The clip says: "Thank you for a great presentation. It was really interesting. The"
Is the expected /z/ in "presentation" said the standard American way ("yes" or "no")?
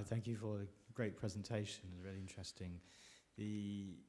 yes